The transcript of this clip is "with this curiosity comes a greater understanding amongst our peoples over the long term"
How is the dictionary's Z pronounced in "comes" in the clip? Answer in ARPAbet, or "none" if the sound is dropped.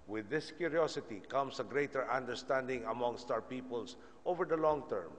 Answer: S